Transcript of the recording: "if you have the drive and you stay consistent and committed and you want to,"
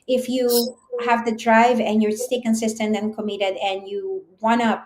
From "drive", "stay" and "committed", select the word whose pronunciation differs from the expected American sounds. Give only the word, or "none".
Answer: none